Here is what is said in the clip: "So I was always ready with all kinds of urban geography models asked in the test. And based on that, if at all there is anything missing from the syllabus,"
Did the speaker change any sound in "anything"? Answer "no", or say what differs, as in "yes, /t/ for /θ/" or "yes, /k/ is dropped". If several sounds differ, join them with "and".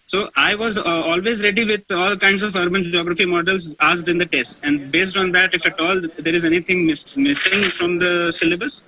yes, /t/ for /θ/